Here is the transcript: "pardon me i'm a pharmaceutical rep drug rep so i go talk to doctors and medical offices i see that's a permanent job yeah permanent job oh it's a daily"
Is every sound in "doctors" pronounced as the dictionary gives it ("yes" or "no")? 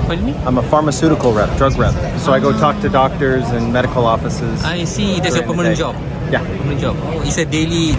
yes